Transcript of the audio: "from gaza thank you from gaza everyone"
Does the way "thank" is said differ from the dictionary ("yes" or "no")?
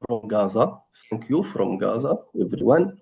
yes